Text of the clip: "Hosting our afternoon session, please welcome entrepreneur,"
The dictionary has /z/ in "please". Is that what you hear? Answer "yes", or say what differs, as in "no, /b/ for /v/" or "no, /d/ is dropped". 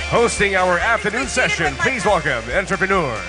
yes